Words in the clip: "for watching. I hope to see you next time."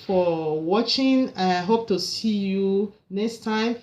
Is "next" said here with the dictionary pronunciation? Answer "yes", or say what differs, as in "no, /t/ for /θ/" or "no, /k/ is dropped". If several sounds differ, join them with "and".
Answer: yes